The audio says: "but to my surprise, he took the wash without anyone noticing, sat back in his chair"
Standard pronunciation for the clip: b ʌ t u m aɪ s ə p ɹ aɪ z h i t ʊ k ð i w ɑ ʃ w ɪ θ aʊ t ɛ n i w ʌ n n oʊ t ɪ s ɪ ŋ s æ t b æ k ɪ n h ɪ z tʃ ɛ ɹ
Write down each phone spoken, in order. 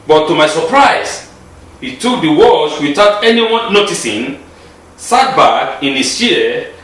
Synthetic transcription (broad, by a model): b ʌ t u m aɪ s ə p ɹ aɪ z h i t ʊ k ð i w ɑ s w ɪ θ aʊ t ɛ n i w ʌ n n oʊ t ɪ s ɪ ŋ s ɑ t b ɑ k ɪ n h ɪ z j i